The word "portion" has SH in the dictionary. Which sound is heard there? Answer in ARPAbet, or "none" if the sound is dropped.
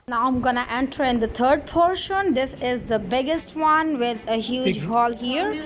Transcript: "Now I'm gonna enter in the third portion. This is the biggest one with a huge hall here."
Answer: SH